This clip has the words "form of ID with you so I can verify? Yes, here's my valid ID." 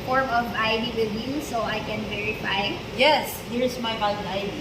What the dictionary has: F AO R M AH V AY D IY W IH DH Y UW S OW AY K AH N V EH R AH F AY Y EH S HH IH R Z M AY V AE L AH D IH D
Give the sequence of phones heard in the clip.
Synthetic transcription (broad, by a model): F AO R M AH V AY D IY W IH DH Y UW S OW AY K AH N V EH R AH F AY Y EH S HH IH R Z M AY B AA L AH IH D